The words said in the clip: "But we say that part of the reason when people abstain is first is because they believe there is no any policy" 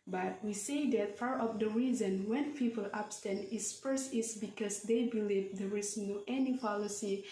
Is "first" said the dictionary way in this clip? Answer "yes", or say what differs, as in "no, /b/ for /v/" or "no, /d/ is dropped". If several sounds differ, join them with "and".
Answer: no, /t/ is dropped